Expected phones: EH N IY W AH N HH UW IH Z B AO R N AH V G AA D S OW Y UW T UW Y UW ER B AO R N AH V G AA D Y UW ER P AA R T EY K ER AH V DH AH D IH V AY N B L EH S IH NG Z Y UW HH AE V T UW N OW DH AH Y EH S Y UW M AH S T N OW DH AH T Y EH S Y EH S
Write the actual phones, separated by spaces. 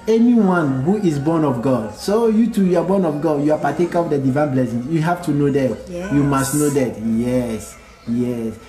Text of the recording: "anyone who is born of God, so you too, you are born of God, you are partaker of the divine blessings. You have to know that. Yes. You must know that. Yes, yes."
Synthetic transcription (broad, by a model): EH N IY W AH N HH UW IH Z B AO N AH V G AA D S OW Y UW T UW Y UW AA B AO N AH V G AA D Y UW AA P AA T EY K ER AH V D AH D IH V AY N B L EH S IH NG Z Y UW HH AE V T UW N OW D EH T Y UW M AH S T N OW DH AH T Y EH S Y EH S